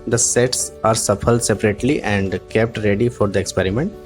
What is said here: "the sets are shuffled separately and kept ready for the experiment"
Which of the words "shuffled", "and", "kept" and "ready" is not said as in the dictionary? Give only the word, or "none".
shuffled